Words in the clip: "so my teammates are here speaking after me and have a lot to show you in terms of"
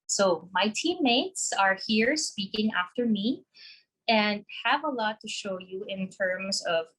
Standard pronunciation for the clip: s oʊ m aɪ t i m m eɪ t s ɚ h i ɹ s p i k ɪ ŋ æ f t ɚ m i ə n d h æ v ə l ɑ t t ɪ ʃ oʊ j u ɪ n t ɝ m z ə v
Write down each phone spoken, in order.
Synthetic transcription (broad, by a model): s oʊ m aɪ t i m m eɪ t s ɚ h i ɹ s p i k ɪ ŋ æ f t ɚ m i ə n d h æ v ə l ɑ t t ɪ ʃ oʊ j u ɪ n t ɝ m z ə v